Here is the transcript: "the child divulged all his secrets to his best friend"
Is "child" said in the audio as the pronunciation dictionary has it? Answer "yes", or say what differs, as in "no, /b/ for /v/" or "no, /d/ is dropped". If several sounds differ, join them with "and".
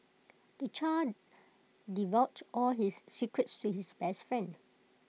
no, /l/ is dropped